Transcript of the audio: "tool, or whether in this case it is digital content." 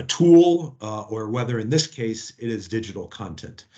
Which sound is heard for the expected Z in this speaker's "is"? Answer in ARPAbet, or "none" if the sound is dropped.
Z